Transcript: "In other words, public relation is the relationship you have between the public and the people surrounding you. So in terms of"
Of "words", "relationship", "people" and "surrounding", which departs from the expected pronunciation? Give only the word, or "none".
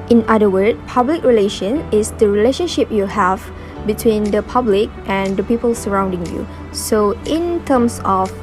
words